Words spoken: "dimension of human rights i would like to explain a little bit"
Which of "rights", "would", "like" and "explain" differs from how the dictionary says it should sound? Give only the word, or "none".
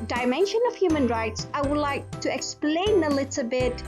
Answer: none